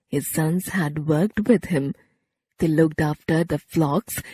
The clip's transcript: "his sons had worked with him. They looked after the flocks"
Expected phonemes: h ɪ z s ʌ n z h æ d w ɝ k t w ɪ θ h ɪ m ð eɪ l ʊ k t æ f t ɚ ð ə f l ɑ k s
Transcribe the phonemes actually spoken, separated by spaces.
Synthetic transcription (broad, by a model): h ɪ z s ʌ n z h æ d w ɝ k t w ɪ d h ɪ m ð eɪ l ʊ k t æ f t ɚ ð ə f l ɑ k s